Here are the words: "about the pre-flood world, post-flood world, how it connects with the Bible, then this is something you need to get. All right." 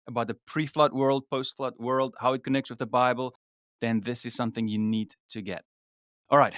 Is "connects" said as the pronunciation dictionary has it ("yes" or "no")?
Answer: yes